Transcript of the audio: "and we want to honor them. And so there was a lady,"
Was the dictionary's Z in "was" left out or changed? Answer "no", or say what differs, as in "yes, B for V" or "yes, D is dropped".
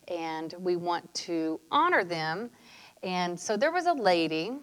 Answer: no